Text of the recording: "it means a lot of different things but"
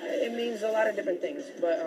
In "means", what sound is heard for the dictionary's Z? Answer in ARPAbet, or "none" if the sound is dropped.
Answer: Z